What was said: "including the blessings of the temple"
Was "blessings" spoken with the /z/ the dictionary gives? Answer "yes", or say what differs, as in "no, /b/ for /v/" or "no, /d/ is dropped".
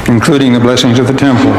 yes